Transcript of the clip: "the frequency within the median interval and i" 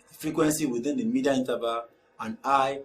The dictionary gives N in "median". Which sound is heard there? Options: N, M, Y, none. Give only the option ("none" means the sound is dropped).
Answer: none